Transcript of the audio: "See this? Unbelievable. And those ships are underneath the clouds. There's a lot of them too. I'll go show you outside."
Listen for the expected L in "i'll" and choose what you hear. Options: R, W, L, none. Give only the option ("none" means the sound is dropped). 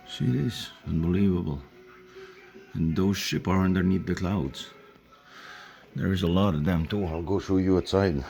L